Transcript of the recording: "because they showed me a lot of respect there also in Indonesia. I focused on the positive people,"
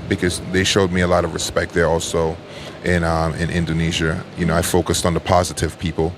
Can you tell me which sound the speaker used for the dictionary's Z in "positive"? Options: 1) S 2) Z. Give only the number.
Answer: 2